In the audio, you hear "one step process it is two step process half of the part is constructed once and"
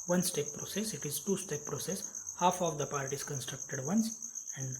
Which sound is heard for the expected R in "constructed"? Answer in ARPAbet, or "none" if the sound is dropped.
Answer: R